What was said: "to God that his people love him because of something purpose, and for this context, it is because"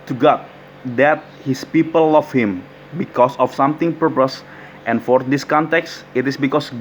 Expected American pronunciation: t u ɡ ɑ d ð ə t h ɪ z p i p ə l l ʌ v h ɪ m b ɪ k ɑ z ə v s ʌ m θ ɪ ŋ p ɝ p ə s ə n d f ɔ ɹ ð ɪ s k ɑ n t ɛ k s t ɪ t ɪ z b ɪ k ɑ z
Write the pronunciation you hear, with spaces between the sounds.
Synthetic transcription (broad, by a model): t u ɡ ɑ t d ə t h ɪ s p i p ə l l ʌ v h ɪ m b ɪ k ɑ s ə f s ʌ m t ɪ ŋ p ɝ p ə s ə n f ɔ ɹ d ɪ s k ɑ n t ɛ k s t ɪ t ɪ s b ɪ k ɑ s